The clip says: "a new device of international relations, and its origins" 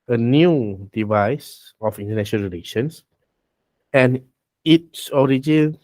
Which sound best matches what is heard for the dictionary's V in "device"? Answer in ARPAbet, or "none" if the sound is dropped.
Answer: V